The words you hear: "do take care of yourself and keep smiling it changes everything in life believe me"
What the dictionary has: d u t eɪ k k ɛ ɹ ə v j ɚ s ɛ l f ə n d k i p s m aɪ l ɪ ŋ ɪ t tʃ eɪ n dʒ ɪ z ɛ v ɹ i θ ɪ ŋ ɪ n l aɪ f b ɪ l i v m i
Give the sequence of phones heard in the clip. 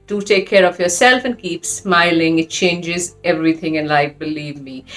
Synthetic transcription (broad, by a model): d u t eɪ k k ɛ ɹ ə v j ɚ s ɛ l f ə n k i p s m aɪ l ɪ ŋ ɪ t tʃ eɪ n dʒ ɪ z ɛ v ɹ i θ ɪ ŋ ɪ n l aɪ f b ɪ l i v m i